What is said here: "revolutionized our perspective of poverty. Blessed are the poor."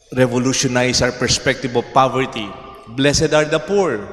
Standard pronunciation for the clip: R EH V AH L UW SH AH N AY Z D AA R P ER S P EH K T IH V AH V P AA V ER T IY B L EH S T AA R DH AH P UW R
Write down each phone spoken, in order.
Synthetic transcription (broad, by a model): R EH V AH L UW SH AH N AY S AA W P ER S P EH K T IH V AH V P AA V ER T IY B L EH S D AA R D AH P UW R